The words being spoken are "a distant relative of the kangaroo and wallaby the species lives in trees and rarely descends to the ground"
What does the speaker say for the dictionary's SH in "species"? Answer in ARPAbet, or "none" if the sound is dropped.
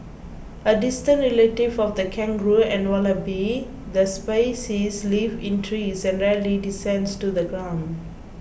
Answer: S